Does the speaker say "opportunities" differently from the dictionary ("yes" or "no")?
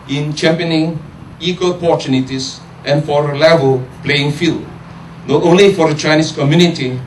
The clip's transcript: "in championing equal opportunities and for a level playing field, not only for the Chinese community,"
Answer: yes